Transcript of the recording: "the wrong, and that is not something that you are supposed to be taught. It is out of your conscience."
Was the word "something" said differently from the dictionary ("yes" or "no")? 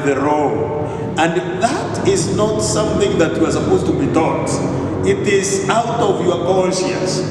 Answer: no